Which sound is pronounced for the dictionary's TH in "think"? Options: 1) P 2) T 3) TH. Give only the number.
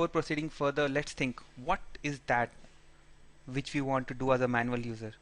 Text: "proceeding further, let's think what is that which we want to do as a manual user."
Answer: 2